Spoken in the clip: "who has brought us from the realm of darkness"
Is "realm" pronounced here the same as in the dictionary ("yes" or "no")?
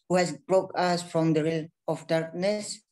no